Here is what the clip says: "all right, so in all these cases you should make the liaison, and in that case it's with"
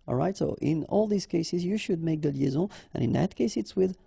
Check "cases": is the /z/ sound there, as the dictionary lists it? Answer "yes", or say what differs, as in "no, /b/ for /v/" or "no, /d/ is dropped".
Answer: yes